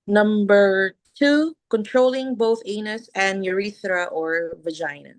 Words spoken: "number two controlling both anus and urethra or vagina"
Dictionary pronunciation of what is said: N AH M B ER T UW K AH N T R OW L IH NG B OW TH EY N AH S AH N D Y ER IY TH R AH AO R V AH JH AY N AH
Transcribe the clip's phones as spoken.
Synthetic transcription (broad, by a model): N AH M B ER T UW K AH N T R OW L IH NG B OW TH EY N AH S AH N Y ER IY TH R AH AO R V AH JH AY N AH